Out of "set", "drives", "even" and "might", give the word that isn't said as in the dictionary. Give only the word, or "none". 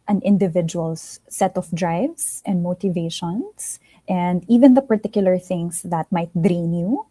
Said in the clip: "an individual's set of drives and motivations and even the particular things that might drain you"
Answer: drives